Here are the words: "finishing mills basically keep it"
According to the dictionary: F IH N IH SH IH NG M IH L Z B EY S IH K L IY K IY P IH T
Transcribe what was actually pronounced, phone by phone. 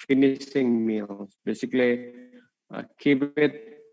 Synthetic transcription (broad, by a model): F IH N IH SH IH NG M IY L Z B EY S IH K L IY K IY B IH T